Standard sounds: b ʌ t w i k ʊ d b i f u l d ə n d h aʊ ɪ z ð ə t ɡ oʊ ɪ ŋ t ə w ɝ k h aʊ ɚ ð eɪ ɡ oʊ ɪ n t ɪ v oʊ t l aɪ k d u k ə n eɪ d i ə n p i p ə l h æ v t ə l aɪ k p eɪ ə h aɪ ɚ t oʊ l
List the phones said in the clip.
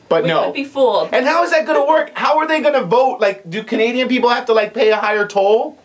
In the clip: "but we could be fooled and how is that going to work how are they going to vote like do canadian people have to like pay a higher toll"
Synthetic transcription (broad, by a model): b ʌ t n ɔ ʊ b i f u l ə n h aʊ ɪ z ð ə t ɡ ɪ t ə w ɝ k h aʊ ɚ ð eɪ ɡ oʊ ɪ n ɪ v oʊ t l aɪ k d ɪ k ə n eɪ d i ə n p i p l h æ f t ə l aɪ k p eɪ ə h aɪ ɚ t oʊ l